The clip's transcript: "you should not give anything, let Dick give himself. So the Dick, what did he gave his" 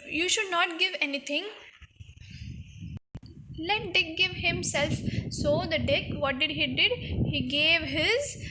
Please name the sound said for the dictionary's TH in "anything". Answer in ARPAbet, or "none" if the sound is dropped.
T